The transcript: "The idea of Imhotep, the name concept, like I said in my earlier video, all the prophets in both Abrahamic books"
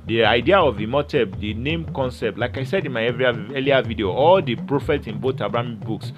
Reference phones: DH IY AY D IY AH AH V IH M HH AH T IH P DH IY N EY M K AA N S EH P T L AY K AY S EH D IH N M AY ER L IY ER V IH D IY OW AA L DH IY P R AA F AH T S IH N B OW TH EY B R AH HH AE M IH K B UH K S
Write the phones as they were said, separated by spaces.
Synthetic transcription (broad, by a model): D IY AY D IY AH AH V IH M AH T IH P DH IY N EY M K AA N S EH P T L AY K AY S EH D IH N M AY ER L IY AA V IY D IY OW AA L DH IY P R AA F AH T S IH N B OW T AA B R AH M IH B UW K S